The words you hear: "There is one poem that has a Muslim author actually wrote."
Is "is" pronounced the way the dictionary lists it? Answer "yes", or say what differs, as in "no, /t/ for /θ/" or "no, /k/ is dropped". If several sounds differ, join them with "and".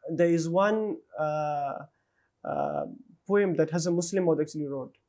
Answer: yes